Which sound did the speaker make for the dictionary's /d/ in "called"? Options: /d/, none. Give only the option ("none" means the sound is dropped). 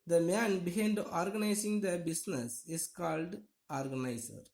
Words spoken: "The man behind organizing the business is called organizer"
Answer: /d/